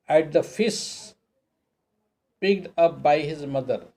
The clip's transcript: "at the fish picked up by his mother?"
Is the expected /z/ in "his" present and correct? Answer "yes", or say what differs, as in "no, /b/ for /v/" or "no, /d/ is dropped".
yes